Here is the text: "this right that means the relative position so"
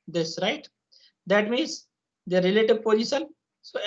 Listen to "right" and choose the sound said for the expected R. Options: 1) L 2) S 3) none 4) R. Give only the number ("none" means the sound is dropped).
4